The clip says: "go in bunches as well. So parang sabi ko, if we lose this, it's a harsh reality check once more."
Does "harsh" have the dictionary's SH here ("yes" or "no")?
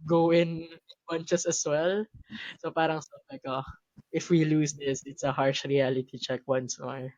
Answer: yes